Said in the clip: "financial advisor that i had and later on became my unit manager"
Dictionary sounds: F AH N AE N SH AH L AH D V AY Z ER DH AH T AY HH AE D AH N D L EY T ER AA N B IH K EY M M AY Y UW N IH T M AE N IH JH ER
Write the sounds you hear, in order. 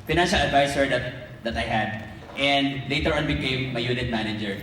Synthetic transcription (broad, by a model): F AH N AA N SH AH L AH D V AY S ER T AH T AY HH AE D AH N D L EY T ER AA N B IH K EY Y M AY Y UW N IH T M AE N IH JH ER